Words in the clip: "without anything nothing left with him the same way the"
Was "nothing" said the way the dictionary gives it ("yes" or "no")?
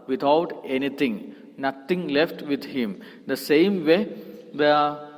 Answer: no